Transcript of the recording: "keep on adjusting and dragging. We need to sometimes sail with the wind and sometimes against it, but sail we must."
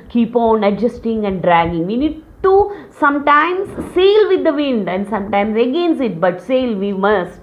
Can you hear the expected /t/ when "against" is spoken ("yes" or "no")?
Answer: no